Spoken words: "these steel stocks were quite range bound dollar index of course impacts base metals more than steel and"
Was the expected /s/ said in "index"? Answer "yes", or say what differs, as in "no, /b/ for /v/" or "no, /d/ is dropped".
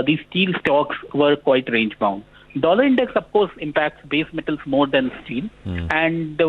yes